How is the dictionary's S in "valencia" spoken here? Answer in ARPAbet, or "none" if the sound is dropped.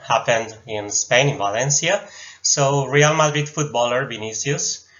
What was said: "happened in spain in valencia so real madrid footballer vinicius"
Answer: S